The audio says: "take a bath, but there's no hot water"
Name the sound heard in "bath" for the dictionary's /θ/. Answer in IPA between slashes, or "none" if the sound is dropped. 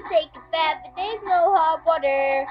/t/